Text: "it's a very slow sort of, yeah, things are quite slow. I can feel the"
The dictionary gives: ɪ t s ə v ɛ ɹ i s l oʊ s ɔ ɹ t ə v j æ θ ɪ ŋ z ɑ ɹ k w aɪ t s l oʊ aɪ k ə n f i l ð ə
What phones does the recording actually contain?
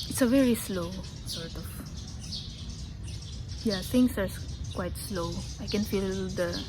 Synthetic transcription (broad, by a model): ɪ t s ə v ɛ ɹ i s l oʊ s ɔ ɹ t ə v j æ t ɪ ŋ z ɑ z k w aɪ t s l oʊ aɪ k ə n f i l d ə